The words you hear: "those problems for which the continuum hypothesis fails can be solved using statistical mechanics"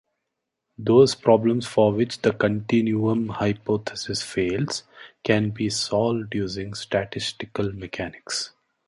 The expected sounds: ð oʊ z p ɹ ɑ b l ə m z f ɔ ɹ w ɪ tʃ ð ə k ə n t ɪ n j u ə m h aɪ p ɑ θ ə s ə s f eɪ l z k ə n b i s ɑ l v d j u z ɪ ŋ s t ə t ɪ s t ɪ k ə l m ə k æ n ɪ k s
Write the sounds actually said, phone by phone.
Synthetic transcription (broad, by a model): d oʊ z p ɹ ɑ b l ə m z f ɔ ɹ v ɪ tʃ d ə k ə n t ɪ n j u ə m h aɪ p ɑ t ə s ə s f eɪ l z k ə n b i s ɑ l v d j u z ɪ ŋ s t ə t ɪ s t ɪ k ə l m ə k æ n ɪ k s